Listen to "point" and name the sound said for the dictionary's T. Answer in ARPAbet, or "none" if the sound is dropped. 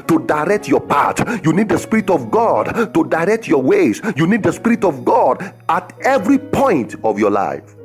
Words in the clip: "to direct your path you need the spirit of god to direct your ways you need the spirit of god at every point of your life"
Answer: T